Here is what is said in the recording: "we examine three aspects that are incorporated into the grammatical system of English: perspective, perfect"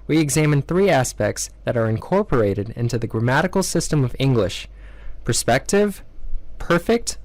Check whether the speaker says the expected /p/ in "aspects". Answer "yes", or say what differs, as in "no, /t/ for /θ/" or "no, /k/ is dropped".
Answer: yes